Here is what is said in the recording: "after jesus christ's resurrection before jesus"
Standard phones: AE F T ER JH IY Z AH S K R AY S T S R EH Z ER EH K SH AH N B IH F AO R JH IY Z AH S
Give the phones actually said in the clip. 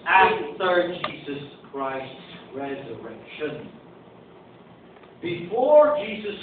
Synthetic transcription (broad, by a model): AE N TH ER JH IY Z AH S K R AY S T S R EH Z ER EH K SH AH N B IH F AO R JH IY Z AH S